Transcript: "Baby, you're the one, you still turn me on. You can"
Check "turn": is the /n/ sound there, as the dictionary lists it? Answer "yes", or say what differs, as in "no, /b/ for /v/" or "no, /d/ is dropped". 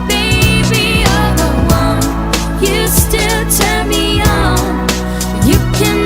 no, /l/ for /n/